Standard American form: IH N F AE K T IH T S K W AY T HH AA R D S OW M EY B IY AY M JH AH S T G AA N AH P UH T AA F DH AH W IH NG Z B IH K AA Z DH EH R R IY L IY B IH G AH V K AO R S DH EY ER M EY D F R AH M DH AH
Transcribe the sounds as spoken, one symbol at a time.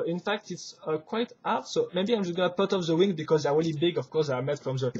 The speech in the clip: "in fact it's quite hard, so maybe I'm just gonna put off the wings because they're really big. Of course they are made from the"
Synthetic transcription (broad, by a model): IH N F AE K T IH T S K W AY T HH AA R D S OW M EY B IY AY M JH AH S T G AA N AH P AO T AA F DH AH W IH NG B IH K AA Z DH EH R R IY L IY B IH G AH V K AO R S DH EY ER M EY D F R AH M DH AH